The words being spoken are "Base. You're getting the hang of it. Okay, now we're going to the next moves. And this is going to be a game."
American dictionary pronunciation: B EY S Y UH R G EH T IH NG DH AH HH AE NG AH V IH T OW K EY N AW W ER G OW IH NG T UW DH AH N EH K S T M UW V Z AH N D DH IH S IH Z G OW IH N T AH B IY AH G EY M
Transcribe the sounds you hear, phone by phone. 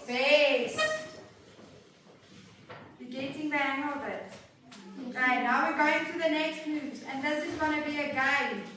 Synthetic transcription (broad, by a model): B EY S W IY G EH T IH NG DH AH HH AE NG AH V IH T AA IH N AW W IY G OW IH NG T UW DH AH N EH K S T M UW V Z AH N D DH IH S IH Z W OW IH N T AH B IY AH G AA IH